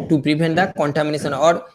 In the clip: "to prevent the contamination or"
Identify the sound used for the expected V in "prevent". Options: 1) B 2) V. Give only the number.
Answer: 1